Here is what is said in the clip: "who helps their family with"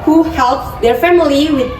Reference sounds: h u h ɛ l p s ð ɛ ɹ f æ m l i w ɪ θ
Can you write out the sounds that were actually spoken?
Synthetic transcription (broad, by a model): h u h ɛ l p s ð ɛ ɹ f æ m l i w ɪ